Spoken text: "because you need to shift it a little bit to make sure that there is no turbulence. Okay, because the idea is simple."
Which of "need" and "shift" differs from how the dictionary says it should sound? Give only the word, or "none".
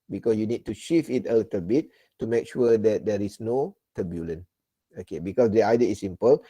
shift